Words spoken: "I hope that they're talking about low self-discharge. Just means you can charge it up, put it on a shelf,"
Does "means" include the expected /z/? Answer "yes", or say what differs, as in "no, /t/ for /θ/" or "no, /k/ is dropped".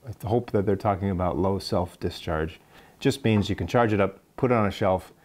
yes